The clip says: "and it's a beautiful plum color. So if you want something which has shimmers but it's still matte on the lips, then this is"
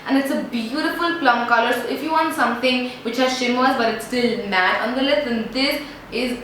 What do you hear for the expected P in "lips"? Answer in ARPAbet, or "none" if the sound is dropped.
none